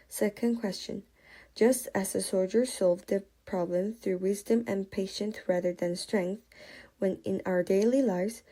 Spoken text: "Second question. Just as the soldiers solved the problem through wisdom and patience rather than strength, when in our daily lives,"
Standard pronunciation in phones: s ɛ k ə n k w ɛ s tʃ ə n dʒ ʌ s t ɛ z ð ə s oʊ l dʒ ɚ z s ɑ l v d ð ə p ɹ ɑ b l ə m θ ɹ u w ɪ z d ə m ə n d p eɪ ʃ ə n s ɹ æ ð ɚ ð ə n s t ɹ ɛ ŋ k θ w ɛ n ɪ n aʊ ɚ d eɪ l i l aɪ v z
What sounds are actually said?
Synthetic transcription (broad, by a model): s ɛ k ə n k w ɛ s tʃ ə n dʒ ʌ s t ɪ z ð ə s oʊ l dʒ ɚ s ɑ l v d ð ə p ɹ ɑ b l ə m θ ɹ u w ɪ z d ə m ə n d p eɪ ʃ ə n θ ɹ æ ð ɚ ð ə n s t ɹ ɛ ŋ k θ w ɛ n ɪ n aʊ ɚ d eɪ l i l aɪ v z